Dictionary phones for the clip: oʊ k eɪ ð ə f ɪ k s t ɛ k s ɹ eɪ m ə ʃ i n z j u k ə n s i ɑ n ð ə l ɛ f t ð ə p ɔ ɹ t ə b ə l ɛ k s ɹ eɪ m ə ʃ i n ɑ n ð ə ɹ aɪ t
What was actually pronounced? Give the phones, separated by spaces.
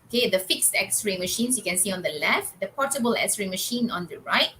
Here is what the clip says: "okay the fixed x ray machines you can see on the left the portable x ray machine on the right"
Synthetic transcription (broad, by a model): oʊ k eɪ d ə f ɪ k s t ɛ k s ɹ eɪ m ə ʃ i n s j u k ə n s i ɑ n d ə l ɛ f t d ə p ɔ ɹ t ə b ə l ɛ k s ɹ eɪ m ə ʃ i n ɑ n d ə ɹ aɪ t